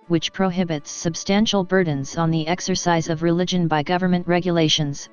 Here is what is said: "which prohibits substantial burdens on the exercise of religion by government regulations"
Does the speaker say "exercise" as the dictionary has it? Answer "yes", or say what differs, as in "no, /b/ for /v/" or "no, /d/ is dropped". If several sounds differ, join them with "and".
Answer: yes